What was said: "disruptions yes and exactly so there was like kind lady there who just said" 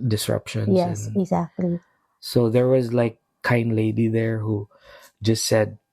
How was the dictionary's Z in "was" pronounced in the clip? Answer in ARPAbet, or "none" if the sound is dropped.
Z